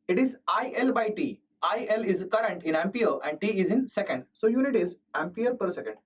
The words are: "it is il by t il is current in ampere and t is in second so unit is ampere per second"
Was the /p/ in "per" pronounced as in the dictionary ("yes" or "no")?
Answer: yes